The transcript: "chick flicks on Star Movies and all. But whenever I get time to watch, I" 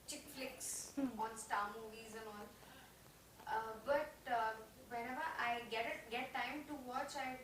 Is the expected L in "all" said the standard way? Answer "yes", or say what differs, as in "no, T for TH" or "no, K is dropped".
no, N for L